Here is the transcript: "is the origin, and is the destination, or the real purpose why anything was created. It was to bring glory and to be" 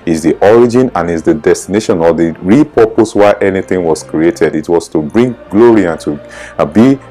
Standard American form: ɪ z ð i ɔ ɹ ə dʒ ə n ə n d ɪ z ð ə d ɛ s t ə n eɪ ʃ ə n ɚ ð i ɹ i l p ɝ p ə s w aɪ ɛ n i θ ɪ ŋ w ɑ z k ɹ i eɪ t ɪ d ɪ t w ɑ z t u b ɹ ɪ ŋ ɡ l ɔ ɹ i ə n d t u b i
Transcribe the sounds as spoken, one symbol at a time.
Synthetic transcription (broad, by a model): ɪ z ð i ɔ ɹ ə dʒ ə n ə n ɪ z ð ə d ɛ s t ə n eɪ ʃ ə n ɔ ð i ɹ i p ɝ p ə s w aɪ ɛ n i θ ɪ ŋ w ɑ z k ɹ i eɪ t ɪ d ɪ t w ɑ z t u b ɹ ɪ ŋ ɡ l ɔ ɹ i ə n t u b i